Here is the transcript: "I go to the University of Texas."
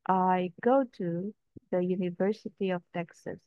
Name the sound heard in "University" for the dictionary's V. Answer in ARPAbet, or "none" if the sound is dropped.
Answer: V